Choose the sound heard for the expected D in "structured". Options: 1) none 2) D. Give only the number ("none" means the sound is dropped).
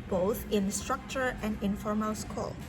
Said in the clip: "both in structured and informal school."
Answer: 1